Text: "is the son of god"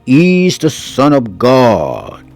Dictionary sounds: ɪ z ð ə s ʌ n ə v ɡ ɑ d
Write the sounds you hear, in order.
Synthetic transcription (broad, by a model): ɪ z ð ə s ʌ n ə v ɡ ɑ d